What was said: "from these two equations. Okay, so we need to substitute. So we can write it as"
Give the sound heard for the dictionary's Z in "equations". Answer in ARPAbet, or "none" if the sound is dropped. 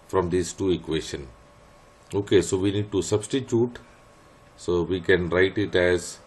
none